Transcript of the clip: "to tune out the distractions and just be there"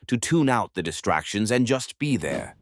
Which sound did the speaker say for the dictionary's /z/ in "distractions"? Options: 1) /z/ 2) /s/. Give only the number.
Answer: 1